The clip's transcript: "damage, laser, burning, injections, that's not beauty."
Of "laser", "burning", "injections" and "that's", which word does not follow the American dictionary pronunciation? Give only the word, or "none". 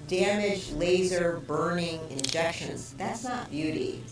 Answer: none